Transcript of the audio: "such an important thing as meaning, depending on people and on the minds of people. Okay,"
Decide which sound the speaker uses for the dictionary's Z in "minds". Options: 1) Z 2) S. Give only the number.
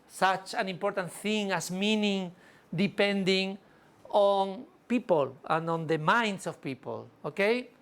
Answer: 2